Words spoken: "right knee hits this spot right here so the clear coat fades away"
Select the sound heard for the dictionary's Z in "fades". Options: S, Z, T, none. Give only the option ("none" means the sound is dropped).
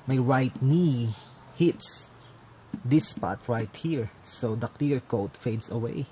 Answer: S